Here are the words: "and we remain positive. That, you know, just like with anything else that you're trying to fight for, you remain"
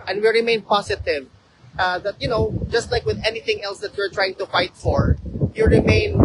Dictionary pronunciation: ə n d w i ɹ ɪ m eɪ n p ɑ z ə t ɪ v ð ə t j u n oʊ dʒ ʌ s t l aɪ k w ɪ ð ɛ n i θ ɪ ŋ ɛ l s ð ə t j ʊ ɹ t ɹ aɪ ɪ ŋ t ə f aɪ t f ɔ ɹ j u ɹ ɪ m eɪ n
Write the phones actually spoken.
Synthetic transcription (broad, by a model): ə n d w i ɹ ɪ m eɪ n p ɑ s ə t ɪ v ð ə t j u n oʊ dʒ ʌ s t l aɪ k w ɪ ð ɛ n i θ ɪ ŋ ɛ l s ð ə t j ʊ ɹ t ɹ aɪ ɪ ŋ t ə f aɪ t f ɔ ɹ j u ɹ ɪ m eɪ n